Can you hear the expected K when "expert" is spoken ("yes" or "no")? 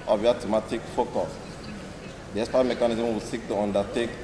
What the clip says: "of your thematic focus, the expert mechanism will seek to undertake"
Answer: no